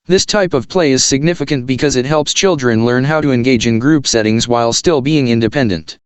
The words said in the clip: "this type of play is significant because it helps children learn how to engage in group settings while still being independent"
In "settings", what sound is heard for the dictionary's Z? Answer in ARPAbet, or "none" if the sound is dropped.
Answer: Z